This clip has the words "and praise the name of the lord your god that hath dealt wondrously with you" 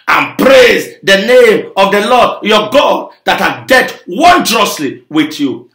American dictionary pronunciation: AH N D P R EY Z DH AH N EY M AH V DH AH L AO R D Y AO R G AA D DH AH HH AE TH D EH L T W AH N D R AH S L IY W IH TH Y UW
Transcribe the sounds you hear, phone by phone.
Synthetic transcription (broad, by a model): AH N P R EY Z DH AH N EY M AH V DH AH L AO D Y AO G AA D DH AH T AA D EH T W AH N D R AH S L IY W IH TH Y UW